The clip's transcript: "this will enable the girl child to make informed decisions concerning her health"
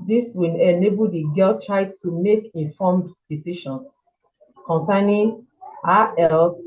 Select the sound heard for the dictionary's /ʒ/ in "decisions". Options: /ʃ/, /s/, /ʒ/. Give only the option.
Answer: /ʃ/